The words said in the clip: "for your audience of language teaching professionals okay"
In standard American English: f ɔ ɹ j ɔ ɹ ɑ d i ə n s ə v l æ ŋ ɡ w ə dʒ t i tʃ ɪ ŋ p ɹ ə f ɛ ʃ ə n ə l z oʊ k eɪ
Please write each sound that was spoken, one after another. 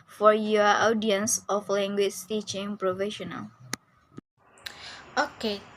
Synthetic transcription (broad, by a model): f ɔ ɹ j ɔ ɑ d i ə n s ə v l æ ŋ ɡ w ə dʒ t i tʃ ɪ ŋ p ɹ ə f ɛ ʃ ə n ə l oʊ k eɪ